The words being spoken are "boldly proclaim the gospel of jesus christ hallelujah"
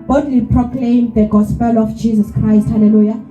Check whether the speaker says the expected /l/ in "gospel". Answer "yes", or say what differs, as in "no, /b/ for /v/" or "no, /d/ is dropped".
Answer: yes